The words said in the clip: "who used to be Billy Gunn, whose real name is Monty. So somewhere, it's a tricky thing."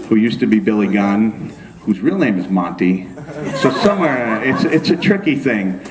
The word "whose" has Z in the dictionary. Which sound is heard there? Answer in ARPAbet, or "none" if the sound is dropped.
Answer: Z